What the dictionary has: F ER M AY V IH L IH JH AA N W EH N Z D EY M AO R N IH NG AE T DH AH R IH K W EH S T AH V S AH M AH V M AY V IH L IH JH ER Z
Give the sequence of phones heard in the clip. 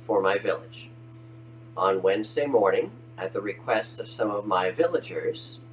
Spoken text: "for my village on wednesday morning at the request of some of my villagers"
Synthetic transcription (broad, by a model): F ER M AY V IH L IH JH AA N W EH N Z D EY M AO R N IH NG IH T DH AH R IH K W EH S T AH V S AH M AH V M AY V IH L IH JH ER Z